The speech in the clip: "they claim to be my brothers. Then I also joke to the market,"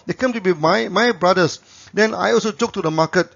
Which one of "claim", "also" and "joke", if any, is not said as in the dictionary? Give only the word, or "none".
claim